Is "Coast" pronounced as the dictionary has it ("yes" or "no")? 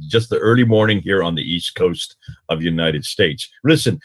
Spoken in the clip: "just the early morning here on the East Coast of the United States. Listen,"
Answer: yes